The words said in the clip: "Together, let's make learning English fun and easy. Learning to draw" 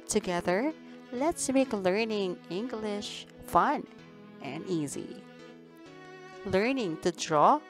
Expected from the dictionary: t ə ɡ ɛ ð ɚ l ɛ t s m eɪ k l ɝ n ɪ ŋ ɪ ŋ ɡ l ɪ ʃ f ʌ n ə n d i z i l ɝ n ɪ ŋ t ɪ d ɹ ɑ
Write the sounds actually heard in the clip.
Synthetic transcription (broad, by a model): t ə ɡ ɛ ð ɚ l ɛ t s m eɪ k l ɝ n ɪ ŋ ɪ ŋ ɡ l ɪ ʃ f ʌ n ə n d i z i l ɝ n ɪ ŋ t ɪ d ɹ ɑ